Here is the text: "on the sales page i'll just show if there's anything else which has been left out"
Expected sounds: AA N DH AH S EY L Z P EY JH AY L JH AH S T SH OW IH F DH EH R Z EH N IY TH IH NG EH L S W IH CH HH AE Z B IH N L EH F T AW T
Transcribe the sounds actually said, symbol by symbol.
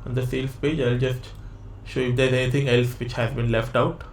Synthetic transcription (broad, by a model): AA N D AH S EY L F P EY JH AY L JH AH S T SH OW IH F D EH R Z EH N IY T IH NG EH L S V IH CH HH AE Z B IH N L EH F T AW T